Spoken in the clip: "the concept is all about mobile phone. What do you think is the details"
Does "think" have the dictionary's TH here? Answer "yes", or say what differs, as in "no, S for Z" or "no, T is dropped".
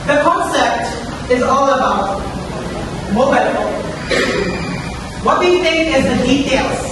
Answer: yes